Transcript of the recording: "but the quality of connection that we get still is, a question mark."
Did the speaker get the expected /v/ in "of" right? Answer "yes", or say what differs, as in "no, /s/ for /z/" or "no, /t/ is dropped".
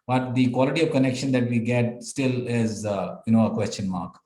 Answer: yes